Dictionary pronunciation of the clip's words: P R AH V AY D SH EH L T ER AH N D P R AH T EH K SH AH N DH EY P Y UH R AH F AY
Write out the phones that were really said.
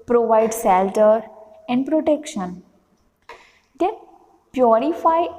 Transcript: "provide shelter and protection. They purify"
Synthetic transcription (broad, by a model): P R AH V AY D S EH L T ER AH N D P R AH T EH K SH AH N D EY P Y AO R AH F AY